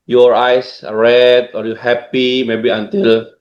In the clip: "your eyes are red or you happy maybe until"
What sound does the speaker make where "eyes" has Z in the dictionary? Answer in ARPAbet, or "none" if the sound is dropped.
S